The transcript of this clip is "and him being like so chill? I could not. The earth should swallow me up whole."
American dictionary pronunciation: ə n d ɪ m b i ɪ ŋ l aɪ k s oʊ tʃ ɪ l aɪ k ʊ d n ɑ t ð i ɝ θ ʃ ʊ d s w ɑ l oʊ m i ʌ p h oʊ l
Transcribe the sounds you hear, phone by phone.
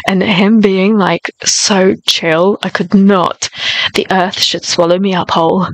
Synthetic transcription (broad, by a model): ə n ɪ m b i ɪ ŋ l aɪ k s oʊ tʃ ɪ l aɪ k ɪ d n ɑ t ð i ɝ θ ʃ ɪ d s w ɑ l oʊ m i ʌ p h oʊ l